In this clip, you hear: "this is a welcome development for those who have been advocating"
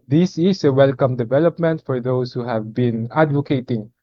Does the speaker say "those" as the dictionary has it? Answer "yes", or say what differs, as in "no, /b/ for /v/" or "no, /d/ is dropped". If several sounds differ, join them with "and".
no, /s/ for /z/